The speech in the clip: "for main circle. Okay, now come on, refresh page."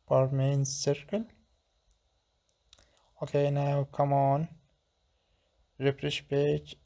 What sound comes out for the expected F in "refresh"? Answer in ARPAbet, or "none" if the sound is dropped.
P